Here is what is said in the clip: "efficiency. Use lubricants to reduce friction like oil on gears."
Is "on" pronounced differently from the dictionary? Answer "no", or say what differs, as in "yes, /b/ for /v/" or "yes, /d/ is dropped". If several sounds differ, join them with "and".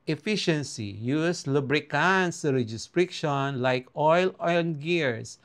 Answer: yes, /l/ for /n/